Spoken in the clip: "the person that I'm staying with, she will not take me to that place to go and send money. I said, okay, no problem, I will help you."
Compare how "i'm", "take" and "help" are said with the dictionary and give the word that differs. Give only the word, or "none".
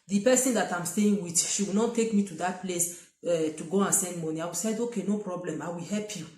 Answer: none